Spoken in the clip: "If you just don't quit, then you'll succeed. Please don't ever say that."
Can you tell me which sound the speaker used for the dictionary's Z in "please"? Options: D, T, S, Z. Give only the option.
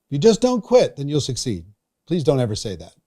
Z